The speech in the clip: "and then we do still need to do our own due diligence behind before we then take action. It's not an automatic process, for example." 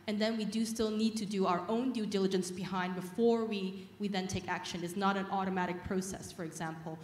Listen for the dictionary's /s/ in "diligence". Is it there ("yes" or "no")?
yes